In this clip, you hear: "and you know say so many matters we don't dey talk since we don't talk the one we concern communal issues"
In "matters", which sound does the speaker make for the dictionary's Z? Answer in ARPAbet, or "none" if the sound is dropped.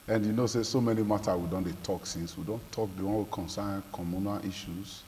none